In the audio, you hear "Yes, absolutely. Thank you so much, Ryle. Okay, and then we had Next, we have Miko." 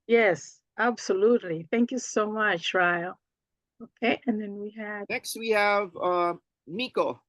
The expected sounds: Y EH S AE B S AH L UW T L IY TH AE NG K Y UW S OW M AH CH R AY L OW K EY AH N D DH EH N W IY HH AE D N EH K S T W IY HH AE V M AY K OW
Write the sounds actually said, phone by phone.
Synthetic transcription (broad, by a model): Y EH S AE B S AH L UW T L IY TH AE NG K Y UW S OW M AH CH R AY L OW K EY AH N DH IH N W IY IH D N EH K S T W IY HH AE V M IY K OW